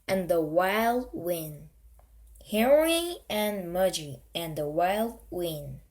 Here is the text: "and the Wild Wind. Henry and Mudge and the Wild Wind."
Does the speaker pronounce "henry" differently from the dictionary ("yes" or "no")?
yes